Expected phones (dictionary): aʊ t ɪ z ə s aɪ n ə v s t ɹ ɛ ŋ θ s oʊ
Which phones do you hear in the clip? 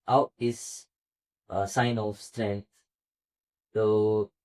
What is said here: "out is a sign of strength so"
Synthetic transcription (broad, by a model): aʊ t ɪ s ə s aɪ n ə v s t ɹ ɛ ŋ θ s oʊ